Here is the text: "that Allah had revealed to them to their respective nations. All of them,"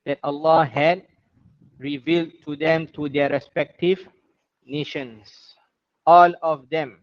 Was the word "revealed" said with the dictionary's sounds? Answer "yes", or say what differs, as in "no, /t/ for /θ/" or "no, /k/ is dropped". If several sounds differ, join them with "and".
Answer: yes